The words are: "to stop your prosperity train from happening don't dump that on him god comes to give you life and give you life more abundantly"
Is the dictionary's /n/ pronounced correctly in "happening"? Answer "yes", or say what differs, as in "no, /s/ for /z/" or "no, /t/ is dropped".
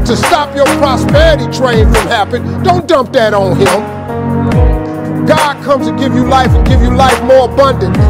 no, /n/ is dropped